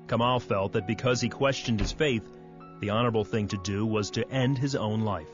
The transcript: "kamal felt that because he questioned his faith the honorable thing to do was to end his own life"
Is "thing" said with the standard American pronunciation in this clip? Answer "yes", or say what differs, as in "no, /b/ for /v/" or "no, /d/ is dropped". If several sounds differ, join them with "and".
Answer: yes